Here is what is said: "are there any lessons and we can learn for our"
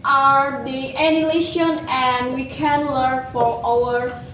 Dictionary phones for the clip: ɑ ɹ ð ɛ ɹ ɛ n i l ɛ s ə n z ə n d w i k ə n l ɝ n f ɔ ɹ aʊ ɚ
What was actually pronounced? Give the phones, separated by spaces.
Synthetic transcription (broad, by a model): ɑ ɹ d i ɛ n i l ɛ ʃ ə n ə n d w i k ə n l ɝ n f ɔ ɹ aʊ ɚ